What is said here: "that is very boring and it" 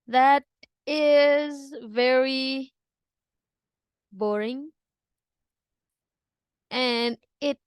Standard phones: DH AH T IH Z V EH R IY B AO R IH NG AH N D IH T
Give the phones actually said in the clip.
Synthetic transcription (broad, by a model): DH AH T IH Z V EH R IY B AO R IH NG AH N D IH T